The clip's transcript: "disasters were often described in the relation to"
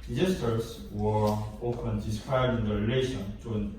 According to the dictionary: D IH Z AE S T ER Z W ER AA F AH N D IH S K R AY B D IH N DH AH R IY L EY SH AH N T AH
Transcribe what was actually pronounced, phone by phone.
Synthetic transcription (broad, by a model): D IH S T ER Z W ER AA F AH N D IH S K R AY D IH N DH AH R IY L EY SH AH N T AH